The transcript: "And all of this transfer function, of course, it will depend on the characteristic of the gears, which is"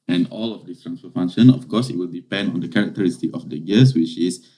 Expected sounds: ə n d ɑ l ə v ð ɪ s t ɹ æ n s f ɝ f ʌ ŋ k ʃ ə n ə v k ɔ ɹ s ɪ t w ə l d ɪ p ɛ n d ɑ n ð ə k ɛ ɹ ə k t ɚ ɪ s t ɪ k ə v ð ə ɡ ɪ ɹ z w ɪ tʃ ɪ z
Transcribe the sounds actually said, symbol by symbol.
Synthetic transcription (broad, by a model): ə n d ɑ l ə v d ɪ s t ɹ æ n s f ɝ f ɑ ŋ ʃ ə n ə f k ɔ s ɪ t w ə l d ɪ p ɛ n d ɑ n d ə k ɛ ɹ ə k t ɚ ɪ s t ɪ k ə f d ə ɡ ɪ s w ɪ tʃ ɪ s